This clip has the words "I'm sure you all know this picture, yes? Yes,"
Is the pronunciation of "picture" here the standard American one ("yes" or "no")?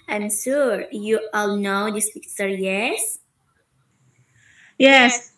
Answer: no